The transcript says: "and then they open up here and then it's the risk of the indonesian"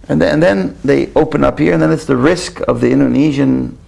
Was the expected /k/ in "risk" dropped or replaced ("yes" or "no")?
no